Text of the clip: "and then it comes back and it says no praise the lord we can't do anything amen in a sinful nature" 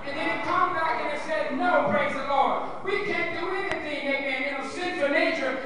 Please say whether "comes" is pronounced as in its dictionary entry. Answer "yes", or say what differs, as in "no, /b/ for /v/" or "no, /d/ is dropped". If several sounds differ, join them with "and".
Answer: no, /z/ is dropped